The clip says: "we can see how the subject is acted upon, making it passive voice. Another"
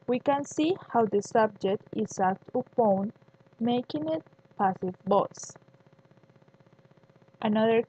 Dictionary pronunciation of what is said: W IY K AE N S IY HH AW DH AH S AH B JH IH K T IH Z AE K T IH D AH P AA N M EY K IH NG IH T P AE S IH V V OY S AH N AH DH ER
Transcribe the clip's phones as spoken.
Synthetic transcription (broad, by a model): W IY K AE N S IY HH AW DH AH S AH B JH IH K T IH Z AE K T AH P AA N M EY K IH NG IH T P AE S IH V B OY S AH N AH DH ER